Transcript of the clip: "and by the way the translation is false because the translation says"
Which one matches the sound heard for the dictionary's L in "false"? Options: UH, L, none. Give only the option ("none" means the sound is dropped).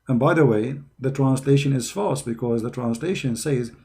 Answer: none